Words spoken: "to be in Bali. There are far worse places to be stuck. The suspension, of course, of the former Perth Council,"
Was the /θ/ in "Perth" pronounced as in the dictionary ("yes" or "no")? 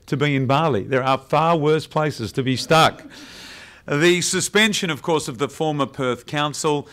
yes